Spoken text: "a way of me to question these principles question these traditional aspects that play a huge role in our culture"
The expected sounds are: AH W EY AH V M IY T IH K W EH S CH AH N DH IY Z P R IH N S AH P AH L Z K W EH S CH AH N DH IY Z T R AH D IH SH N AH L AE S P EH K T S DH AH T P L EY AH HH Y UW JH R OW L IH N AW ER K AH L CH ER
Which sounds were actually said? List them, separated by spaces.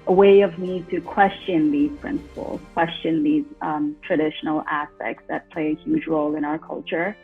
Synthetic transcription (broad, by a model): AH W EY AH V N IY T IH K W EH S CH AH N DH IY Z P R IH N S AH P L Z K W EH S CH AH N DH IY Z T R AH D IH SH N L AE S P EH K T S DH AH T P L EY AH HH Y UW JH R OW L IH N AW ER K AH L CH ER